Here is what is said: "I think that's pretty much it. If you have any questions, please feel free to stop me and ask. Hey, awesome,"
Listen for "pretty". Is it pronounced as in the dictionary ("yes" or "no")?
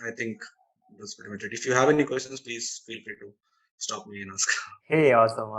no